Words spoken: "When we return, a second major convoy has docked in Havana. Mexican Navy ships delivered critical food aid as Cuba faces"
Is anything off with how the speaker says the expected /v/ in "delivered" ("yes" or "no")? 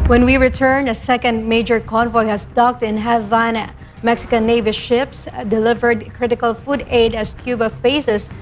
no